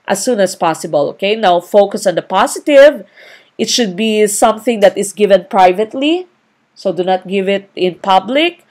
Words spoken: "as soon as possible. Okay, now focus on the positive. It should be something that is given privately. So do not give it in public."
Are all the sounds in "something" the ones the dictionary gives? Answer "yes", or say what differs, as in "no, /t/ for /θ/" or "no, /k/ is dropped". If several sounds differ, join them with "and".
yes